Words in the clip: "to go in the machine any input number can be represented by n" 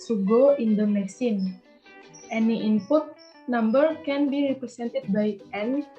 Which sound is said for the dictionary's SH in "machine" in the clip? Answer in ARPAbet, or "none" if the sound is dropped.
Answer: S